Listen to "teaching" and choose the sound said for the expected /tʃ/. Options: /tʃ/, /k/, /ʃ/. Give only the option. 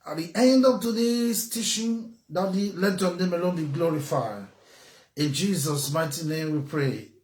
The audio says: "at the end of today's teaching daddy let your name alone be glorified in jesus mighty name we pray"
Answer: /ʃ/